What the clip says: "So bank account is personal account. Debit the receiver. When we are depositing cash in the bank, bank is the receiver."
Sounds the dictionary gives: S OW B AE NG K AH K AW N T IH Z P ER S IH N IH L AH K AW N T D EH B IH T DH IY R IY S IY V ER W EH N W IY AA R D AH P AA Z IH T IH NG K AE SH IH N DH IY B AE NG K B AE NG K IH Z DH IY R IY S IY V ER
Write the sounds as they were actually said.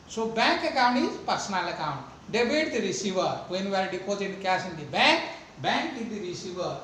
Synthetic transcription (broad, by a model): S OW B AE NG K AH K AW N T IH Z P ER S IH N IH L AH K AW N T D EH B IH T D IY R IY S IY V ER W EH N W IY AA R D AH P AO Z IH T K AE S IH N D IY B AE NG K B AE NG K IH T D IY R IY S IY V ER